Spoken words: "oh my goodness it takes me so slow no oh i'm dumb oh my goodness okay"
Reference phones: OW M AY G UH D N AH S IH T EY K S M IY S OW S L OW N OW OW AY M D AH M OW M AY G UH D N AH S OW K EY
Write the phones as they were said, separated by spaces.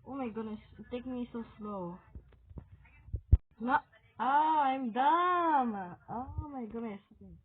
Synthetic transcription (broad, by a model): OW M AY G UH D N AH S T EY K M IY S OW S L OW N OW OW AY M D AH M OW M AY G UH D N AH S